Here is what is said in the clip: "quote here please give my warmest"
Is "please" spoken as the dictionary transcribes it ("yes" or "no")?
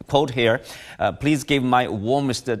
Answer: yes